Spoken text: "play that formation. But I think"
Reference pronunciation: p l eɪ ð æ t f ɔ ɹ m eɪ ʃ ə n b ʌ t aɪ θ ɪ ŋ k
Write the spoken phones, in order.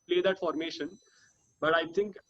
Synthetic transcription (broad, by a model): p l eɪ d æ t f ɔ ɹ m eɪ ʃ ə n b ʌ t aɪ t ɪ ŋ k